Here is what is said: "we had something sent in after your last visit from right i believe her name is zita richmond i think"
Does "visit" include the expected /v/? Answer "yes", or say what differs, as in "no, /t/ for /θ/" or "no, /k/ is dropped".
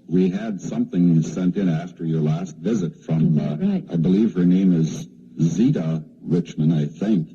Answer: yes